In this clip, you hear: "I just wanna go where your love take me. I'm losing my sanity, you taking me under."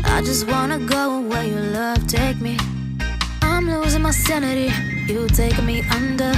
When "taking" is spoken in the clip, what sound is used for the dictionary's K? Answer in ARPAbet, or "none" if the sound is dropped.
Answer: none